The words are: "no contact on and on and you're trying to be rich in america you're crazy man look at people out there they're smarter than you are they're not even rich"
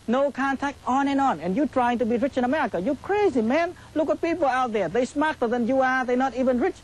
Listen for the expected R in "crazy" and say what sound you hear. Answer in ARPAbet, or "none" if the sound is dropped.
R